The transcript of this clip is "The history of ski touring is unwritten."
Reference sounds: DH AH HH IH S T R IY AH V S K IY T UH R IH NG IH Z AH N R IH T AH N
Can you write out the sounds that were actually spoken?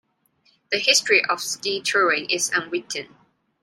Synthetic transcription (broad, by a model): DH AH HH IH S T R IY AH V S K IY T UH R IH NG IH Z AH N W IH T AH N